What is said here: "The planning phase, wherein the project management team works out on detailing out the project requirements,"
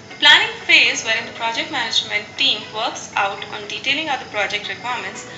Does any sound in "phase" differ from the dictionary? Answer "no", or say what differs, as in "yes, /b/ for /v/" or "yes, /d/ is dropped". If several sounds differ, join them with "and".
no